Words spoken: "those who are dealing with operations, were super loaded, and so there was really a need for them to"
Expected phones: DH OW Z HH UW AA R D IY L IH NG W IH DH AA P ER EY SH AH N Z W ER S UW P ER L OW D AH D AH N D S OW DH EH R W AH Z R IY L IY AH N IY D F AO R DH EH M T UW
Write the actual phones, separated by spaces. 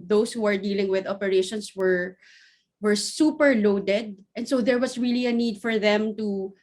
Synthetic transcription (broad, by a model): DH OW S HH UW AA R D IY L IH NG W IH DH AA P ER EY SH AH N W W ER S UW P ER L OW D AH D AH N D S OW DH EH R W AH S R IY L IY AH N IY D F AO R DH EH M T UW